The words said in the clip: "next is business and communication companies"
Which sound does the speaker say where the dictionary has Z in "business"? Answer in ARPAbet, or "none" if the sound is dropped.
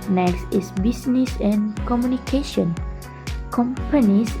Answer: S